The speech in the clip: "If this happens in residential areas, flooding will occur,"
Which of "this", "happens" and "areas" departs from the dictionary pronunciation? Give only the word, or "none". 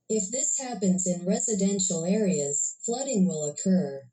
none